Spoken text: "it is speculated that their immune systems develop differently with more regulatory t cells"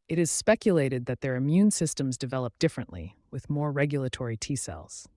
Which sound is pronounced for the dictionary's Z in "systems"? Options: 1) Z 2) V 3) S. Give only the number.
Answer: 1